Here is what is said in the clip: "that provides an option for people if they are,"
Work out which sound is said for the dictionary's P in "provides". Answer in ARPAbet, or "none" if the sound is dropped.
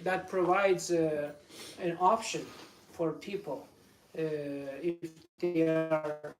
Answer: P